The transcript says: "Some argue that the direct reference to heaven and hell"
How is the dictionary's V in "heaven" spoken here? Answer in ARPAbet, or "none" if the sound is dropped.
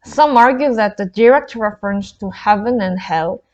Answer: V